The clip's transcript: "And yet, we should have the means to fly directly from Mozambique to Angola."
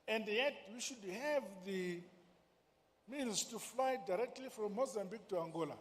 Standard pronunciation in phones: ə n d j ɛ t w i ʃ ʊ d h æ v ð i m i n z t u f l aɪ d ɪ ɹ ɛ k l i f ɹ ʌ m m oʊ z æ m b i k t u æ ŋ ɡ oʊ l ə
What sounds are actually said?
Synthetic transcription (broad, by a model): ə n d j ɛ t w i ʃ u d h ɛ v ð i m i l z t u f l aɪ d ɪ ɹ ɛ k l i f ɹ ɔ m m oʊ z æ m b i k t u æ ŋ ɡ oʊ l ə